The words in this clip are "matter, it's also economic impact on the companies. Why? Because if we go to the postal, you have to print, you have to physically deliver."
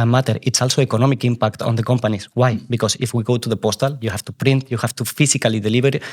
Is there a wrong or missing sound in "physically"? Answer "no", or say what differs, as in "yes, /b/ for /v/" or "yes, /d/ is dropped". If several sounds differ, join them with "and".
yes, /s/ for /z/